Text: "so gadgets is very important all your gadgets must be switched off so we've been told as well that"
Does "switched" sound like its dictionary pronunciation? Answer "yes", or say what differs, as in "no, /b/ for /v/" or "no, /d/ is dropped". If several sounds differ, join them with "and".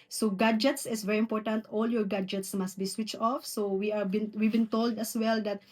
yes